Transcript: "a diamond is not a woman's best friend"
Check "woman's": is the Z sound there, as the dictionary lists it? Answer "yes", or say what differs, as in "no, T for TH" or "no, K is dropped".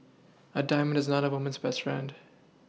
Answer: yes